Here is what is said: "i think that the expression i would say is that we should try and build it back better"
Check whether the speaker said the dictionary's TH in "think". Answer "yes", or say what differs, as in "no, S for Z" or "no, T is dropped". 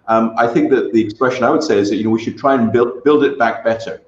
yes